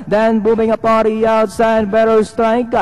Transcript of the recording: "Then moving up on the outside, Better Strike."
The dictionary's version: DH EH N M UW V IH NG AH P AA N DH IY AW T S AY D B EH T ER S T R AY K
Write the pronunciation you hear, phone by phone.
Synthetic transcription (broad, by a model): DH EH N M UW B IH NG AH P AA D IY AW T S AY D B EH T ER S T R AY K